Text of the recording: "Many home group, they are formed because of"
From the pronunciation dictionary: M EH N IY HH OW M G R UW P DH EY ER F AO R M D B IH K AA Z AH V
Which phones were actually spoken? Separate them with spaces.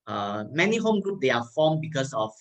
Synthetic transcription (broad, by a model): M EH N IY HH OW M G R UW P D EY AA F AO M B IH K AA S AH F